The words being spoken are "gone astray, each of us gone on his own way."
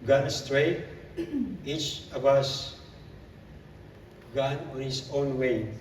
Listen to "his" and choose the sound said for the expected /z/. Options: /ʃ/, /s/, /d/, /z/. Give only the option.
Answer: /s/